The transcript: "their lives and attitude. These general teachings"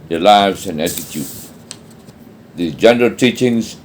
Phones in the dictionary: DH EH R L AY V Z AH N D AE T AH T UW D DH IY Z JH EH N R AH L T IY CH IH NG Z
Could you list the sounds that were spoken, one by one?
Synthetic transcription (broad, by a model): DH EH L AY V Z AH N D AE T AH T UW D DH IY JH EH N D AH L T IY CH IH NG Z